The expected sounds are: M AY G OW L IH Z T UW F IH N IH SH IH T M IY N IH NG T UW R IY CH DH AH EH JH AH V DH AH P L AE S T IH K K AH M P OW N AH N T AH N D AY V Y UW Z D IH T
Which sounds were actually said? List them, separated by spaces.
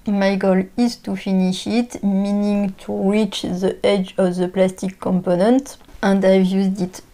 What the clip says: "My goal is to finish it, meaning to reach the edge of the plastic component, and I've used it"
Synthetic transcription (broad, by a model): M AY G OW L IH Z T UW F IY N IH SH IH T M IY N IH NG T UW R IY CH DH AH EH JH AH V DH AH P L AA S T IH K K AH M P OW N AH N T AH N D AY V Y UW Z D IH T